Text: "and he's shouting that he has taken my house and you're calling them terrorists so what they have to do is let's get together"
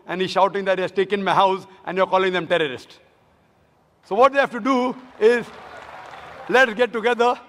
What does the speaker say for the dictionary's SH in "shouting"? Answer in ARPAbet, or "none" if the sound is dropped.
SH